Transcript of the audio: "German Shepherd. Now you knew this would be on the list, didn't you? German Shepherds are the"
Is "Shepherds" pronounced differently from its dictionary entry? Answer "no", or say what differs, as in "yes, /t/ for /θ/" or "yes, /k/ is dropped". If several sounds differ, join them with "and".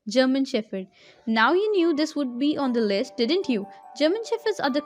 yes, /f/ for /p/